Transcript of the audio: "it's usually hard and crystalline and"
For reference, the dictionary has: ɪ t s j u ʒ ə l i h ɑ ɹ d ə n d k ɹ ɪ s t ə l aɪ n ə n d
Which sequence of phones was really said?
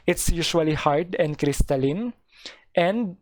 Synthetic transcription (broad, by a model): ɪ t s j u ʃ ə l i h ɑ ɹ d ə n k ɹ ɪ s t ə l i n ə n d